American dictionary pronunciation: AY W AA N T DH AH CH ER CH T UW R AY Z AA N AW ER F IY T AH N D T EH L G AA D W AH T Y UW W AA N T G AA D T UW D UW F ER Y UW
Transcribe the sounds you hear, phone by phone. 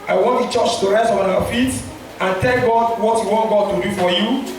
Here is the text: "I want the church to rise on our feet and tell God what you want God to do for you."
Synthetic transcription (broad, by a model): AY W AA N T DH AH CH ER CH T UW R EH S AA N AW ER F IY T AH N T EH L G AA D W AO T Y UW W AA N T G AA D T UW D UW F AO Y UW